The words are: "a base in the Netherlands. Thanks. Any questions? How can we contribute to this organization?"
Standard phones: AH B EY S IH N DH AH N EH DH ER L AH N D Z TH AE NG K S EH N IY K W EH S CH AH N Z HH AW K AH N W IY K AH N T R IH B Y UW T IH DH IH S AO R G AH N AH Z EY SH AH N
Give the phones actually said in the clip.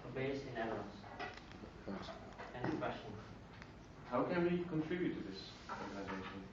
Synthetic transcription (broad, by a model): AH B EY IH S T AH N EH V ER AH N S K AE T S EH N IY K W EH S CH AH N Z HH AW K AH N W IY K AH N T R IH B Y UW T IH DH IH S AO R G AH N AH Z EY SH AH N